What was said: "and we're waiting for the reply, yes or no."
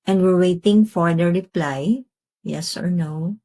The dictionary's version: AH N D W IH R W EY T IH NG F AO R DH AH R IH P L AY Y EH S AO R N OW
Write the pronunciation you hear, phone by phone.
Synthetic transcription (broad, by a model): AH N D W IH R W EY T IH NG F AO R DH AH R IH P L AY Y EH S AO R N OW